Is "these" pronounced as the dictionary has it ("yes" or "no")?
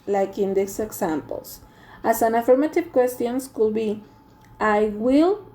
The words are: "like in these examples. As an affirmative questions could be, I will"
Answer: no